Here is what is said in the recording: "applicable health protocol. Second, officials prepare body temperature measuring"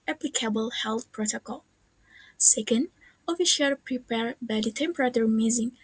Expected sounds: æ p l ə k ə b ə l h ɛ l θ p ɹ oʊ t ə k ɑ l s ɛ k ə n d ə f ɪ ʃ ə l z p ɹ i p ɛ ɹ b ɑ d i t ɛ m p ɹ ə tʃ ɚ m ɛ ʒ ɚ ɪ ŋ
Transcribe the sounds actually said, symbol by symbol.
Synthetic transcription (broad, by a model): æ p l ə k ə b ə l h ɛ l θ p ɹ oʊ t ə k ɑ l s ɛ k ə n d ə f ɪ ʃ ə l p ɹ i p ɛ ɹ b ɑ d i t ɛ m p ɹ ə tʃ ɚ m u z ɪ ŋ